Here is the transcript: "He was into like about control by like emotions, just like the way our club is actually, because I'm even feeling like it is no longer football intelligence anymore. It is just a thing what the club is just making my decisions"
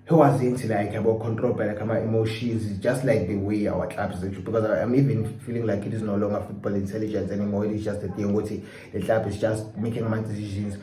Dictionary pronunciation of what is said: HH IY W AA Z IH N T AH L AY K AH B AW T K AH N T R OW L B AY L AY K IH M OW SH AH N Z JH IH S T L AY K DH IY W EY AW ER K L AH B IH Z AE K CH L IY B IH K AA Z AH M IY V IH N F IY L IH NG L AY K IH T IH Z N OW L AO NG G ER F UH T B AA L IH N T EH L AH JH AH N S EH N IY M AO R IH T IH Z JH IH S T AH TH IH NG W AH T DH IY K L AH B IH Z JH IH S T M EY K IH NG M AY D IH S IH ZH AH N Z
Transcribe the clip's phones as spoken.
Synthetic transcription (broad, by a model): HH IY W AA Z IH N T AH L AY K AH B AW K AH N T R OW L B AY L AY K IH M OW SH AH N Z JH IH S T L AY K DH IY W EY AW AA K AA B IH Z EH CH IY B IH K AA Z AH M IY V IH N F IY L IH NG L AY K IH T IH Z N OW L AO NG G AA F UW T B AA L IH N T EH L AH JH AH N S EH N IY M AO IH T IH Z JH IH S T AH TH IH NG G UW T IY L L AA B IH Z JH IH S T M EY K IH NG M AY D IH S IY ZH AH N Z